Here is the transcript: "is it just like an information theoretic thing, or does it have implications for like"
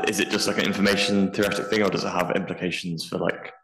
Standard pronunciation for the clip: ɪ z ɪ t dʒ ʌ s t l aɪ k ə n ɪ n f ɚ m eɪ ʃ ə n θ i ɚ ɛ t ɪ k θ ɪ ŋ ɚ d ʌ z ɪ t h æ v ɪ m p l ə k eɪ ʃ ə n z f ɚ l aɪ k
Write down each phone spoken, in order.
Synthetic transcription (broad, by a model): ɪ z ɪ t dʒ ʌ s t l aɪ k ə n ɪ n f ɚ m eɪ ʃ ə n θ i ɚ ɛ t ɪ k θ ɪ ŋ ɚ d ʌ z ɪ t h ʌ v ɪ m p l ə k eɪ ʃ ə n z f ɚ l aɪ k